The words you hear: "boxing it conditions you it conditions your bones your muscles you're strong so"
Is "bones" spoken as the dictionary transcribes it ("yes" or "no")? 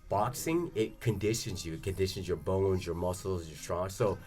yes